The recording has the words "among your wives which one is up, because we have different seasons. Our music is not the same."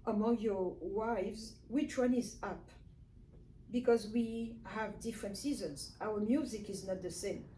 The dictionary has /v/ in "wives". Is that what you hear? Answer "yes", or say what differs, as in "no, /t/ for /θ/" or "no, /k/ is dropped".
yes